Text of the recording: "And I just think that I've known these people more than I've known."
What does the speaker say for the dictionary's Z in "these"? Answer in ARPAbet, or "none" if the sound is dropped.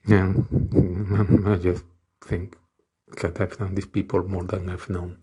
S